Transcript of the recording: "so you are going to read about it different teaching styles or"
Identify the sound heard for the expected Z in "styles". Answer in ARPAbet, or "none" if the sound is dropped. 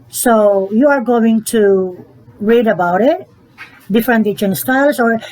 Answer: S